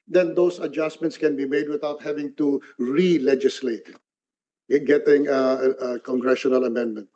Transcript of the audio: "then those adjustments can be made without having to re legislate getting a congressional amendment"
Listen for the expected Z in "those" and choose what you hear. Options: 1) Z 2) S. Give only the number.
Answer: 2